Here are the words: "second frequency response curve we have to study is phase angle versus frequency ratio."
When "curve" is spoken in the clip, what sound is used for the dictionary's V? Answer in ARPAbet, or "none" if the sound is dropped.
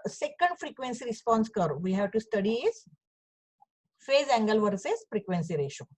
V